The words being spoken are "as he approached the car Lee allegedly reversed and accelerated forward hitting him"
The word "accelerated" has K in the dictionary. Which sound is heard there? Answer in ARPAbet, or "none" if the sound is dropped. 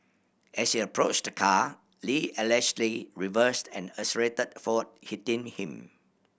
none